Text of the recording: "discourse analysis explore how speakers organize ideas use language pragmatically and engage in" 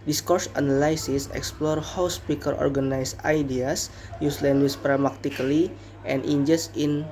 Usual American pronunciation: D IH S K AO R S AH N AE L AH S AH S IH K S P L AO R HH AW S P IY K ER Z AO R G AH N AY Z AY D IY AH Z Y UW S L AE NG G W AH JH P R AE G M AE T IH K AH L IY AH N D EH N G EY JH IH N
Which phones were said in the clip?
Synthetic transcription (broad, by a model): D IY S K AO R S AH N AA L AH S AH S IH K S P L AO R HH AW S P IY K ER AO R G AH N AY S AY D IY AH S Y UW S L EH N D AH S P R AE M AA T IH K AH L IY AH N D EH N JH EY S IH N